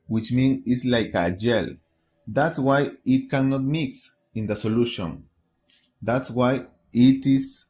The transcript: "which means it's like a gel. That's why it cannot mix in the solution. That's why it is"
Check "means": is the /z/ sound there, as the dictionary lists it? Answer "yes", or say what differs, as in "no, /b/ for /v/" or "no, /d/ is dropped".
no, /z/ is dropped